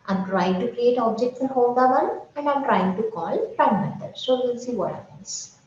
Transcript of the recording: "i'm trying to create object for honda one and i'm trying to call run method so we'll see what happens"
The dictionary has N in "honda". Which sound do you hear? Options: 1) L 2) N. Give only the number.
1